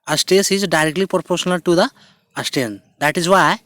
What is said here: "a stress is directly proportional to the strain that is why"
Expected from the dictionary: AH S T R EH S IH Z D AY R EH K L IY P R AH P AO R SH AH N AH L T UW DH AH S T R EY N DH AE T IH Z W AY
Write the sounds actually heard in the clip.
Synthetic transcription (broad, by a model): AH S T EH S IH Z D AY R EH K L IY P R P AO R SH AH N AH L T UW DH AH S T EY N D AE T IH Z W AY